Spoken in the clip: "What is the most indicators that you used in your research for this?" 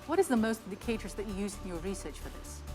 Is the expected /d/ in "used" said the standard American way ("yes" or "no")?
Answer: no